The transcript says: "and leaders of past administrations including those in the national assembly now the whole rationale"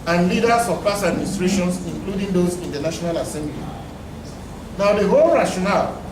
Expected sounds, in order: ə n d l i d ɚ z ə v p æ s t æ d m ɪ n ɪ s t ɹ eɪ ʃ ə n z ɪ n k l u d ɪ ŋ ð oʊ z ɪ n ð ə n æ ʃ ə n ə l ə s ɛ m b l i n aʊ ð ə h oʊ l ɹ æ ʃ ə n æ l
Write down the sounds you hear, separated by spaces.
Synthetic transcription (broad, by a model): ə n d l i d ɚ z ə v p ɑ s æ d m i n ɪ s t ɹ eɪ ʃ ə n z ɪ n k l u d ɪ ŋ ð oʊ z ɪ n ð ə n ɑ ʃ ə n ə l ə s ɛ m b l i n aʊ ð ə h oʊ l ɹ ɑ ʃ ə n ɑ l